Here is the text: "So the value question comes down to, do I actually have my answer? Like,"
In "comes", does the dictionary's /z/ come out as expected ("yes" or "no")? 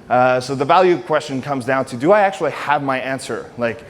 yes